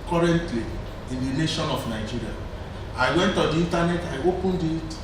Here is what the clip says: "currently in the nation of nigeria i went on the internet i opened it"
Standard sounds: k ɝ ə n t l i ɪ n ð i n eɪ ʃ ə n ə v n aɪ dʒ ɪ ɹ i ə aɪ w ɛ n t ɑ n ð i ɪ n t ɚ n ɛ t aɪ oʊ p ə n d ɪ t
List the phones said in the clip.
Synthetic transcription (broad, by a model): k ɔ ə n t l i ɪ n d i n eɪ ʃ ə n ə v n aɪ dʒ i ɹ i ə aɪ w ɛ n t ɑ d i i n t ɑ n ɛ t aɪ oʊ p ə n d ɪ t